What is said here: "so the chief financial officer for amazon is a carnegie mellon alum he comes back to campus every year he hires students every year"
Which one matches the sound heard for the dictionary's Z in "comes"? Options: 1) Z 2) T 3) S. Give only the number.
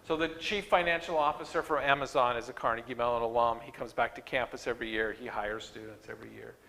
1